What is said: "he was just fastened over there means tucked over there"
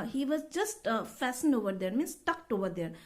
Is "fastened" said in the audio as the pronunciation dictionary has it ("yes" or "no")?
yes